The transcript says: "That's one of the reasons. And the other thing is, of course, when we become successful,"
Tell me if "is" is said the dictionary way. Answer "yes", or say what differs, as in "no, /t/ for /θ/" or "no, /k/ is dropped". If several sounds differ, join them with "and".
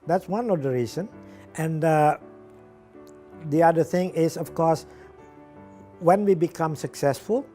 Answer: no, /s/ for /z/